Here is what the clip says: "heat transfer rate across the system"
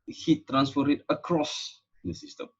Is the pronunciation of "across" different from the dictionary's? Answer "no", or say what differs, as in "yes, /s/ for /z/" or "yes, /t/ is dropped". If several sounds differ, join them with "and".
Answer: no